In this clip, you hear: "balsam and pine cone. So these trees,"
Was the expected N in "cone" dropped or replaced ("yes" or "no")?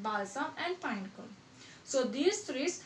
yes